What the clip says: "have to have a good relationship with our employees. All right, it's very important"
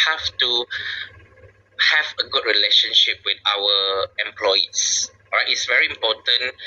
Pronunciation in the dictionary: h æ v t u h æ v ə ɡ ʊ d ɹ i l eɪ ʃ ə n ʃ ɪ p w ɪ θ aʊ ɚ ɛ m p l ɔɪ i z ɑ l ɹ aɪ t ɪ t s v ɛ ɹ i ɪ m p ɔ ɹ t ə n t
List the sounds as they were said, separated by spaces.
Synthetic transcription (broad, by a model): h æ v t u h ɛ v ə ɡ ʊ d ɹ i l eɪ ʃ ə n ʃ ɪ p w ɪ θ aʊ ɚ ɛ m p l ɔɪ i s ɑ ɹ aɪ t ɪ t s v ɛ ɹ i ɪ m p ɔ t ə n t